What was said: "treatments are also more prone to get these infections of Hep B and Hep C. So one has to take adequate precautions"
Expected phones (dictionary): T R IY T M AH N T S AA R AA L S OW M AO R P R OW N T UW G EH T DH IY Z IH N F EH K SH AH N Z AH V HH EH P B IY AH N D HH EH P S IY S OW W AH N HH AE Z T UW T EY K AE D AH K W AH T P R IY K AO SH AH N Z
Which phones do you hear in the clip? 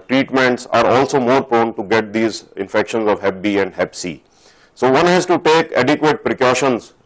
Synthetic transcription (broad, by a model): T R IY T M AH N T S AA R AA L S OW M AO R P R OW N T UW G EH T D IY Z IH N F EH K SH AH N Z AH V HH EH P B IY AH N D HH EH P S IY S OW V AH N HH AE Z T UW T EY K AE D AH K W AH T P R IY K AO SH AH N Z